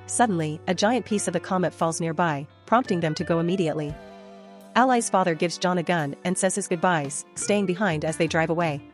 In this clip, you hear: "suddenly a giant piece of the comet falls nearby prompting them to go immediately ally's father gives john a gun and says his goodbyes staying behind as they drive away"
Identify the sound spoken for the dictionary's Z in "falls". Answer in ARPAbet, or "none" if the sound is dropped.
Z